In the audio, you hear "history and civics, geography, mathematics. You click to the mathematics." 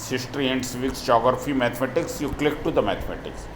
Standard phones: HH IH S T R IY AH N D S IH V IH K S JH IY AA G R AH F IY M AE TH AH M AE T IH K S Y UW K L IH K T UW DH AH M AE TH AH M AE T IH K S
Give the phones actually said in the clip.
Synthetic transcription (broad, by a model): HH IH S T R IY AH N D S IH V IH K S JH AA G R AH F IY M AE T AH M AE T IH K S Y UW K L IH K T UW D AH M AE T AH M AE T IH K S